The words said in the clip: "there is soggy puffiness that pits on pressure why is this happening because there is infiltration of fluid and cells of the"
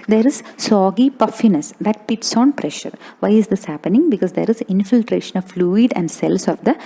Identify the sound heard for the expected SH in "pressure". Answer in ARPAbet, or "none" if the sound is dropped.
SH